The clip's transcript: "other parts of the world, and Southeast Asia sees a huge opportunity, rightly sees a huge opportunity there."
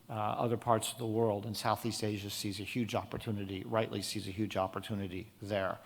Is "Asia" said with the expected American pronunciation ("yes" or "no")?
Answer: yes